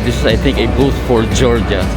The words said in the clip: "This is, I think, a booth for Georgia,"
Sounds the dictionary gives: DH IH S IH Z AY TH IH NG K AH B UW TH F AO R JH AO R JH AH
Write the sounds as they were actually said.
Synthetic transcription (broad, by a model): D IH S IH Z AY T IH NG K AH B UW T F AO R JH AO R JH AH